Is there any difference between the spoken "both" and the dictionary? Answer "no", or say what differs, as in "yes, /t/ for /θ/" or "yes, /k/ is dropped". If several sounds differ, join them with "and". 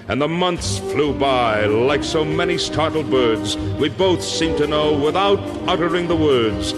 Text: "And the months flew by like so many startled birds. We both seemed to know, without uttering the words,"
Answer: no